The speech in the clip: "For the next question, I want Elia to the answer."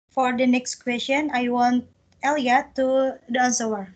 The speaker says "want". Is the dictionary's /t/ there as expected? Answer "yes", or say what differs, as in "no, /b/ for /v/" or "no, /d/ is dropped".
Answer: yes